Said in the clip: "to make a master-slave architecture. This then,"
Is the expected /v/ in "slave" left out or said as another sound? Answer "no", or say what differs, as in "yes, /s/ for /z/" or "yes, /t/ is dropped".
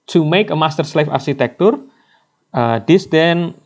yes, /f/ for /v/